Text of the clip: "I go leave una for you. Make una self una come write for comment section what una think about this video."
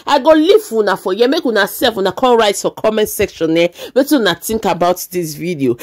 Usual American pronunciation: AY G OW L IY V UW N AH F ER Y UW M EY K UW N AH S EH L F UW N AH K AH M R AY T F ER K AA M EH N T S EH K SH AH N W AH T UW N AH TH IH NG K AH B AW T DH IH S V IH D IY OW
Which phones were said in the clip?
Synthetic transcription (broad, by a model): AY G OW L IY W UW N AH F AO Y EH M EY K UW N AH S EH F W UW N AH K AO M R AY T F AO K AA M EH N T S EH K SH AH N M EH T UW N AH T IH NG K AH B AW T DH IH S V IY D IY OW